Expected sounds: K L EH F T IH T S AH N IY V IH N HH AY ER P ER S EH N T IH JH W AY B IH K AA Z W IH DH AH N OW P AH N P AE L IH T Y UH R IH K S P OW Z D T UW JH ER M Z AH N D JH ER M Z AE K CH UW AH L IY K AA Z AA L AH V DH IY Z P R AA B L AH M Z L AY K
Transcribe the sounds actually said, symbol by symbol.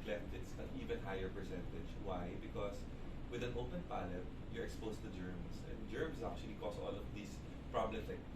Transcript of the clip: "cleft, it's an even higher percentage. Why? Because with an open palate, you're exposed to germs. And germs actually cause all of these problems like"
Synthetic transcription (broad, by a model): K L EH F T IH T S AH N IY V IH N HH AY ER P ER S EH N T IH JH W AY B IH K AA S W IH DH AH N OW P AH N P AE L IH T Y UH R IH K S P OW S T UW JH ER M S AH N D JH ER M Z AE K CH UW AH L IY K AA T AA L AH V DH IY S P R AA B L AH M S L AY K